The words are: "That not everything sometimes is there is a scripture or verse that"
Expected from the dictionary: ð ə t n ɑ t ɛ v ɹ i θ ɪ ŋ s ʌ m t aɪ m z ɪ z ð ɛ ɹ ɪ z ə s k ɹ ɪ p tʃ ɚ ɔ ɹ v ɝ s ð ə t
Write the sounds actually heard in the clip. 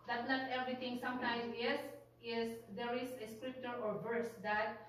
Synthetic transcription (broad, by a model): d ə t n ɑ t ɛ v ɹ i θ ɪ ŋ s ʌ m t aɪ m s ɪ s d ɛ ɹ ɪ s ə s k ɹ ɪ p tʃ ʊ ɔ ɹ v ɝ s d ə t